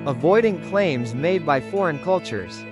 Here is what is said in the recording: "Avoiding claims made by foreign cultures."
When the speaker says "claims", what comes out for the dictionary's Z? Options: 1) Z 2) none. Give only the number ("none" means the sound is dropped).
1